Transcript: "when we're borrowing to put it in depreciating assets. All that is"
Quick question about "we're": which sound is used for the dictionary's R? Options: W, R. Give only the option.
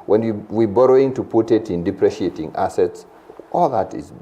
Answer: W